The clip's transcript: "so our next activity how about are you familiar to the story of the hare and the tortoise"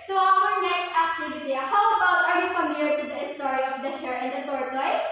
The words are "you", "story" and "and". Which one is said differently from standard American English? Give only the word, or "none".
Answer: none